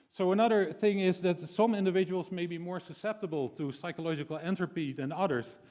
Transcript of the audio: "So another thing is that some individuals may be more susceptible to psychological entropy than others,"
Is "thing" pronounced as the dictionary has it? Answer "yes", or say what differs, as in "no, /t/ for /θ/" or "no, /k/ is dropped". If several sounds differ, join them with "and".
yes